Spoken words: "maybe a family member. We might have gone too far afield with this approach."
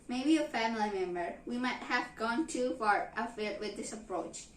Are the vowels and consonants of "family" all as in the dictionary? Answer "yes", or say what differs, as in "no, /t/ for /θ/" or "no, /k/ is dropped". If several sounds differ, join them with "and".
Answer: yes